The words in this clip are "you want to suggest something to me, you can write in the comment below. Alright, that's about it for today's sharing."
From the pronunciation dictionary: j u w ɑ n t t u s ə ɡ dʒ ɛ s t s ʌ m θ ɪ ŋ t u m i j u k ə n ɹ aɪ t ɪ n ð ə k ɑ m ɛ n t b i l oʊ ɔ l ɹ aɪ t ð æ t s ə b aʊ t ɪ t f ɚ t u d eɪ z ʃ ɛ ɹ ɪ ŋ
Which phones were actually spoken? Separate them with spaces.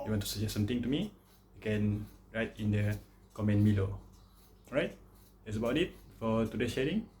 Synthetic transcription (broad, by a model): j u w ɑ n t t u s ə dʒ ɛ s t s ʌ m t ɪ ŋ t u m i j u k ə n ɹ aɪ t ɪ n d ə k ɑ m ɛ n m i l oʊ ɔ ɹ aɪ t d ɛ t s ə b aʊ t ɪ t f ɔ t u d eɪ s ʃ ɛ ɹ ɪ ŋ